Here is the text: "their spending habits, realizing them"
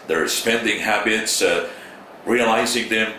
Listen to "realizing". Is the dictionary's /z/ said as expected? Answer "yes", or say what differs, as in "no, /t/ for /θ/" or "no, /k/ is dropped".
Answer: yes